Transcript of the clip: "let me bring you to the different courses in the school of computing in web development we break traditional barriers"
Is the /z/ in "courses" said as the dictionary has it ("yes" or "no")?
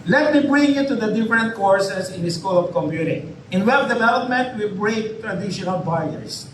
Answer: no